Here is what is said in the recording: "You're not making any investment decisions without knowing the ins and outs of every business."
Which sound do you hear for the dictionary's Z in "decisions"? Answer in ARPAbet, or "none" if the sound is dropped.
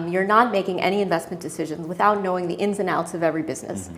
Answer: Z